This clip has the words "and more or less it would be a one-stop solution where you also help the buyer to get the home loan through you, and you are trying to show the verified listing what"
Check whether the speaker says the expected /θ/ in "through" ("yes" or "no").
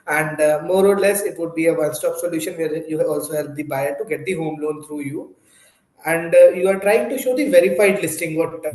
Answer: no